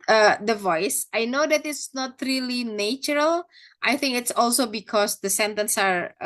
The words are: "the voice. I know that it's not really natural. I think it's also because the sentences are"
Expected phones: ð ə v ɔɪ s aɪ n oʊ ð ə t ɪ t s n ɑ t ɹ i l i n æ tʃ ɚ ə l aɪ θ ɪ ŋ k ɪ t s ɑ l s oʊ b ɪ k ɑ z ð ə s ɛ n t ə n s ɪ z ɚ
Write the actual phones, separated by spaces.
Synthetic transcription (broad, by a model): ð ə v ɔɪ s aɪ n oʊ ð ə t ɪ t s n ɑ t ɹ i l i n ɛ tʃ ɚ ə l aɪ θ ɪ ŋ k ɪ t s ɑ l s oʊ b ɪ k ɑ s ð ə s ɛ n t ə n s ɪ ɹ